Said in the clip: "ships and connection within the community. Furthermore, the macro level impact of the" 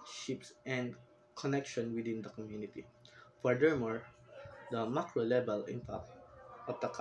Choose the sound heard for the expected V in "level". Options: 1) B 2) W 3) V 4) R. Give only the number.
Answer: 1